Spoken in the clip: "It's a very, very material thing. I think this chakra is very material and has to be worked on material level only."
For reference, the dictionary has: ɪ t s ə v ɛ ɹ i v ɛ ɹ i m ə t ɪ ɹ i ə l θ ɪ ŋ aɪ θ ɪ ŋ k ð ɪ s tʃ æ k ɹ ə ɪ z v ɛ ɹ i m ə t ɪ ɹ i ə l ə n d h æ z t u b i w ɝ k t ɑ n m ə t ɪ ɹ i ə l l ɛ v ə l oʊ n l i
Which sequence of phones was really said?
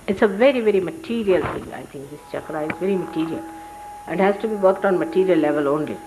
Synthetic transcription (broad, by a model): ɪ t s ə v ɛ ɹ i v ɛ ɹ i m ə t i ɹ i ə l t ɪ ŋ aɪ t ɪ ŋ k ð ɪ s tʃ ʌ k ɹ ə ɪ z v ɛ ɹ i m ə t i ɹ i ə l ə n d h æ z t u b i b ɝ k t ɑ n m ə t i ɹ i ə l l ɛ v ə l oʊ n l i